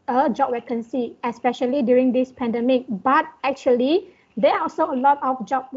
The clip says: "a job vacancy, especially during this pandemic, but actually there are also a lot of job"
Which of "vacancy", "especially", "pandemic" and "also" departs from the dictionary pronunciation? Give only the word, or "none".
vacancy